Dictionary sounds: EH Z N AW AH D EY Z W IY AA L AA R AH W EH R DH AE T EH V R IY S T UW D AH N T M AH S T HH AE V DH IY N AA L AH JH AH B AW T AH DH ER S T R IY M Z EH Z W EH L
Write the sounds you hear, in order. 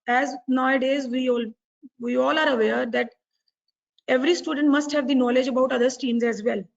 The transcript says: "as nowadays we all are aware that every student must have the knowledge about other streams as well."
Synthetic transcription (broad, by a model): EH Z N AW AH D EY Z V IY AA L AA R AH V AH R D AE T EH V R IY S T UW D AH N T M AH S T HH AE V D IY N AA L AH JH AH B AW T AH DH ER S T IY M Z EH Z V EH L